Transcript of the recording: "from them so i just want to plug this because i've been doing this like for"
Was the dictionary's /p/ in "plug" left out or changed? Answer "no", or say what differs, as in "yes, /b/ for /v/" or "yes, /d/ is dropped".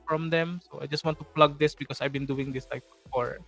no